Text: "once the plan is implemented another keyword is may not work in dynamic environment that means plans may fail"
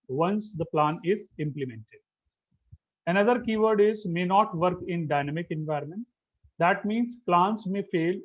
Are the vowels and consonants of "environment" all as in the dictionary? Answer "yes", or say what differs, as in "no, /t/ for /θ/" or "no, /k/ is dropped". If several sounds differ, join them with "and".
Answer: yes